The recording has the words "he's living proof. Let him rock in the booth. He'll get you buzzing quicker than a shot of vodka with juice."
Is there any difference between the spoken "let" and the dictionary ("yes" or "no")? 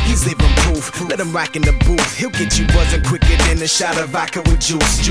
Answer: no